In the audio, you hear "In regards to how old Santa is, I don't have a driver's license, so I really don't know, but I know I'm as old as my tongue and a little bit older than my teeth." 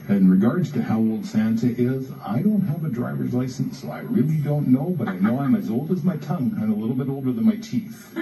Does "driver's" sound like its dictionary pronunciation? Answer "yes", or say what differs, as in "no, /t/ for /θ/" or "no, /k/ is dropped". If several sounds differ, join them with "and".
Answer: yes